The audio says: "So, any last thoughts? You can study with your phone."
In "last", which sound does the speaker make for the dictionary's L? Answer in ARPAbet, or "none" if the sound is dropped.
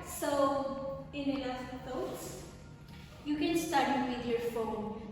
N